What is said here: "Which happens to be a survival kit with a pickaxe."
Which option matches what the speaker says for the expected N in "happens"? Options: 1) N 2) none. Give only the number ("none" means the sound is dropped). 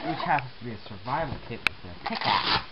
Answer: 2